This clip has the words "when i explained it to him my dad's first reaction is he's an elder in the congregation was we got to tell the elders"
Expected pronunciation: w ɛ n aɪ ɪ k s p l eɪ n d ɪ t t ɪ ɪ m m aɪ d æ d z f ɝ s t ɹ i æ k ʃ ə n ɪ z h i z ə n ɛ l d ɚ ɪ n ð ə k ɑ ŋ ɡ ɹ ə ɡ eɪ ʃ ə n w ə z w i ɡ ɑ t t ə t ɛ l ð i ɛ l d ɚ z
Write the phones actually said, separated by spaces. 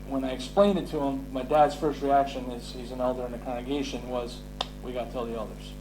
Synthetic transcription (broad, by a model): w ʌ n aɪ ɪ k s p l eɪ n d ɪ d t ɪ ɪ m m aɪ d æ d z f ɝ s t ɹ i æ k ʃ ə n ɪ z h i z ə n ɛ l d ɚ ɪ n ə k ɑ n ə ɡ eɪ ʃ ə n w ə z w i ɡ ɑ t t ə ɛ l ð i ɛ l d ɚ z